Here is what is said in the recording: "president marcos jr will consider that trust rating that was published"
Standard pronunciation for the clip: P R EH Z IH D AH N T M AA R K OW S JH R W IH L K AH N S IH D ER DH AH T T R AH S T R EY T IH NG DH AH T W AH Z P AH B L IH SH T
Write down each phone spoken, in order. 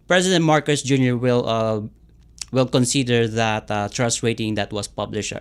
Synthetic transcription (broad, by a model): P R EH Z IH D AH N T M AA R K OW S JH R W IH L K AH N S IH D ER DH AH T T R AH S T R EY T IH NG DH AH T W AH S P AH B L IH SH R